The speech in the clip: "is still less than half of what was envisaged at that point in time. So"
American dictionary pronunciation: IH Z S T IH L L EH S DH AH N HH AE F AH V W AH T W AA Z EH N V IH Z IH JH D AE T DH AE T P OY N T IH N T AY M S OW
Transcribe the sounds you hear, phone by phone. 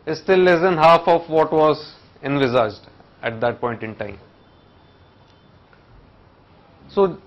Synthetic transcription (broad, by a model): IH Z S T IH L L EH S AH N HH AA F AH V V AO T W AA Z EH N V IH Z IH JH D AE T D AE T P OY N T IH N T AY M S OW